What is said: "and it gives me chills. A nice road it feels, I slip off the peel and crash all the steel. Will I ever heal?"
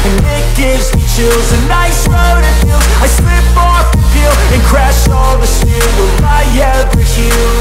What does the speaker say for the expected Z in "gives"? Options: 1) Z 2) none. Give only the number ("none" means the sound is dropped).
1